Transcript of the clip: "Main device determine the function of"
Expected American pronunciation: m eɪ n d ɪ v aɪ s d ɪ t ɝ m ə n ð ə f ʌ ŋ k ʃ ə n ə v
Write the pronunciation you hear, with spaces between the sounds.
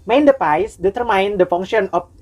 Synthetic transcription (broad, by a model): m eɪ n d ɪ p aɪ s d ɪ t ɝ m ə n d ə f ʌ ŋ k ʃ ə n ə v